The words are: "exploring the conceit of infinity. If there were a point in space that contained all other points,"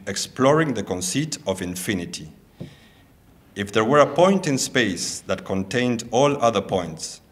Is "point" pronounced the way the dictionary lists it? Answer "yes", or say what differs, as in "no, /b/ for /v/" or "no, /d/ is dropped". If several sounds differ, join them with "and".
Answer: yes